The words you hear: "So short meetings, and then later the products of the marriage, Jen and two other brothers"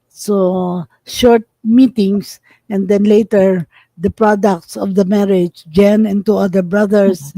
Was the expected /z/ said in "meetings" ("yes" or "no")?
no